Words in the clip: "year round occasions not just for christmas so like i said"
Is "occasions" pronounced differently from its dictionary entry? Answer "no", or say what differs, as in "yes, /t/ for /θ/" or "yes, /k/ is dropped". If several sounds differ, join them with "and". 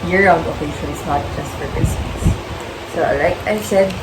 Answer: yes, /ʃ/ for /ʒ/